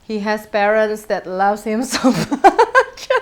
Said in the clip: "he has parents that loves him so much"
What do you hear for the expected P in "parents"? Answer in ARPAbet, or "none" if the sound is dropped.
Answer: P